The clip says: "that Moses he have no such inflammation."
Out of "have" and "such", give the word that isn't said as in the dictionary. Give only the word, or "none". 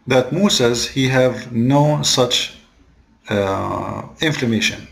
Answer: none